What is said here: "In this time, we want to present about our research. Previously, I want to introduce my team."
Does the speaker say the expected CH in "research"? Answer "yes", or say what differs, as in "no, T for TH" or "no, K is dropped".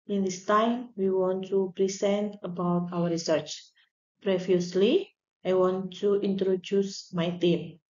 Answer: yes